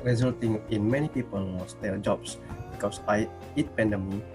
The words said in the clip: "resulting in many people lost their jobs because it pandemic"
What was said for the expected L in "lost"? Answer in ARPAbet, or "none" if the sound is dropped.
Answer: W